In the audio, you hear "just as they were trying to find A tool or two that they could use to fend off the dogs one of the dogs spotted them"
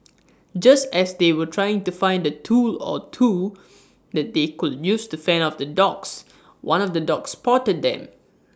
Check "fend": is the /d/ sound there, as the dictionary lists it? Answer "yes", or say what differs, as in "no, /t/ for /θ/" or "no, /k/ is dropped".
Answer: no, /d/ is dropped